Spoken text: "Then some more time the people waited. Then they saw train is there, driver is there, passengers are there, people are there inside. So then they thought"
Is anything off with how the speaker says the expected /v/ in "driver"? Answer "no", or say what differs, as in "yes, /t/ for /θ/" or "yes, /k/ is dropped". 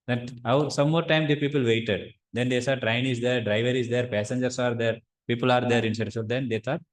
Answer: no